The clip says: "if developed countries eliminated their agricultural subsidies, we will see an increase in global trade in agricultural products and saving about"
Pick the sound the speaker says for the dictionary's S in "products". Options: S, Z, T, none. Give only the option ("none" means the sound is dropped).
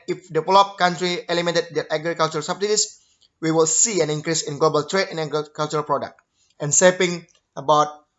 none